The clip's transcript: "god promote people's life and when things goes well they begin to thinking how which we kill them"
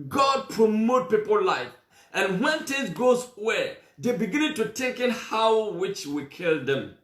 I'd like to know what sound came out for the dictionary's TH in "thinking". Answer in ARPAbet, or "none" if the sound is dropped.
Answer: T